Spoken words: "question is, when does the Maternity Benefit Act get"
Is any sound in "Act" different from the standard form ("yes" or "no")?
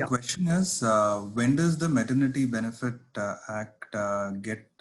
no